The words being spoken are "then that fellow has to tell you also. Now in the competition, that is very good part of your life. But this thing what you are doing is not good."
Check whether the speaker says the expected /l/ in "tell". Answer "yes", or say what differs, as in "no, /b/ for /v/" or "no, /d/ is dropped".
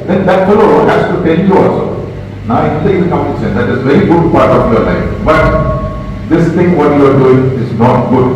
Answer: no, /n/ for /l/